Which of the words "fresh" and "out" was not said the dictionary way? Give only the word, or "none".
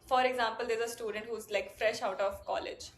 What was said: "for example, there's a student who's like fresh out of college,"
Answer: none